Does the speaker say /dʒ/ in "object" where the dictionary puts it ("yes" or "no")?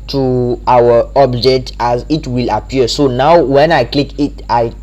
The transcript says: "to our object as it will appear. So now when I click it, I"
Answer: yes